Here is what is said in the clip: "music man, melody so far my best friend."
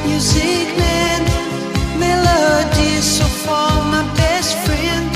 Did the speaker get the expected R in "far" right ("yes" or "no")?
no